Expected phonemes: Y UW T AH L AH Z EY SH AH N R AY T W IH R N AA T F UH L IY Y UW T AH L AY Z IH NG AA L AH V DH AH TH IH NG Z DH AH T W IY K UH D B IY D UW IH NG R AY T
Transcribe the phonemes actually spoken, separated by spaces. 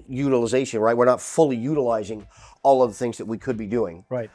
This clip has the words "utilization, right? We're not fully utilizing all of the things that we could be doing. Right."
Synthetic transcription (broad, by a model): Y UW T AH L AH Z EY SH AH N R AY T W IH R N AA T F UH L IY Y UW T AH L AY Z IH NG AA L AH V DH AH TH IH NG Z DH AH T W IY K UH D B IY D UW IH NG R AY T